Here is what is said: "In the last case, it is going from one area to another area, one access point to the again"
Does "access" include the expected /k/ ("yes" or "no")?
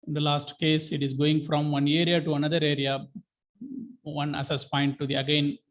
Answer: no